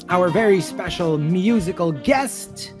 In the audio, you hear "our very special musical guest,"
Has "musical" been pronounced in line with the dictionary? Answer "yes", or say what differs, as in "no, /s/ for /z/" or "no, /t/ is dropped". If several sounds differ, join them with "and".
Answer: yes